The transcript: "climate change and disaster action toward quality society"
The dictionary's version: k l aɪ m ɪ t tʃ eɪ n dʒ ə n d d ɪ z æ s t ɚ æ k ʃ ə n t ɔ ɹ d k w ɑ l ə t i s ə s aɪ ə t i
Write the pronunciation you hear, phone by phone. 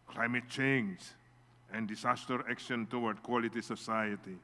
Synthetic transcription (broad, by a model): k l aɪ m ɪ t tʃ eɪ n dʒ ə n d d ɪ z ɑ s t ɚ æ k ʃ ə n t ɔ w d k w ɑ l ə t i s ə s aɪ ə t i